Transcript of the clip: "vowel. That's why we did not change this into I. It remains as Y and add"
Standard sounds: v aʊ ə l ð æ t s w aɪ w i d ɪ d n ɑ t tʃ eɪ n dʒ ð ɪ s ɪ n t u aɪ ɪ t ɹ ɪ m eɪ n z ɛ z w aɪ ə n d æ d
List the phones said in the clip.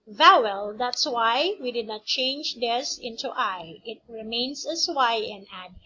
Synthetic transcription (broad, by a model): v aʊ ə l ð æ t s w aɪ w i d ɪ d n ɑ t tʃ eɪ n dʒ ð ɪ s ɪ n t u aɪ ɪ t ɹ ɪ m eɪ n s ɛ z w aɪ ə n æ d